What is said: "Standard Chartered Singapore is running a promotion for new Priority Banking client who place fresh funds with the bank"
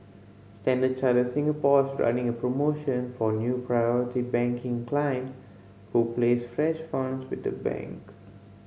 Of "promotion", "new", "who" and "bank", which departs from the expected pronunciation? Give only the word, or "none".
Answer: none